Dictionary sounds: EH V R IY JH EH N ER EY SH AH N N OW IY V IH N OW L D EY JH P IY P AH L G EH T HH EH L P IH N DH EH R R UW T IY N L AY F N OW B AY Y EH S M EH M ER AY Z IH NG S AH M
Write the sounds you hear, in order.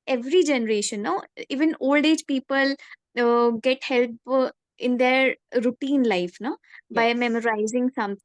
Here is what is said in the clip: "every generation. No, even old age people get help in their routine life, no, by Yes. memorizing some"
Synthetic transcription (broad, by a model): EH V R IY JH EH N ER EY SH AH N N OW IY V IH N OW L D EY JH P IY P AH L G EH T HH EH L P IH N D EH R R UW T IY N L AY F N OW B AY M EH M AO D AY Z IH NG S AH M